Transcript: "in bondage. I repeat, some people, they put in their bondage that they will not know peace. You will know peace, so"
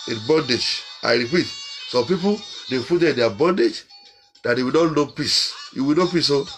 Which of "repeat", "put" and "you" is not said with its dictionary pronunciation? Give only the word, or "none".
put